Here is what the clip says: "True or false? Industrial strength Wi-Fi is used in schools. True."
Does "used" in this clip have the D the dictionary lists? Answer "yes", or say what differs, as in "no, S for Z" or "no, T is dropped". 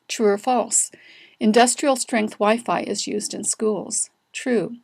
yes